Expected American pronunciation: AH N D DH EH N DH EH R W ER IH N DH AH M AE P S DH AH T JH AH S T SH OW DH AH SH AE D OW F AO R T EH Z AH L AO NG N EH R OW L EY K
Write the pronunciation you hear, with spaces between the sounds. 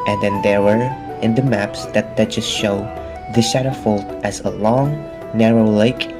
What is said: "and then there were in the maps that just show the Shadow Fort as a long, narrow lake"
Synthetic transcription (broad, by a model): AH N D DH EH N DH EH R W ER IH N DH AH M AE P S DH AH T JH AH S T SH OW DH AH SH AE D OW F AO L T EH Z AH L AO NG N EH R OW L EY K